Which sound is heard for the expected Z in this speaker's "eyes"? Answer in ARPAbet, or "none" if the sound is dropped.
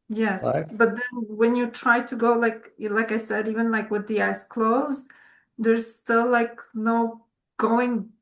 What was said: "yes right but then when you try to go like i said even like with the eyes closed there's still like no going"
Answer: S